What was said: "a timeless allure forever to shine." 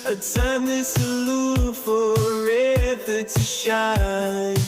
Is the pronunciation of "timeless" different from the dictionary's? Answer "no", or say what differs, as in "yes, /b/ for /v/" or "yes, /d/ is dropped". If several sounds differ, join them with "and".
yes, /l/ is dropped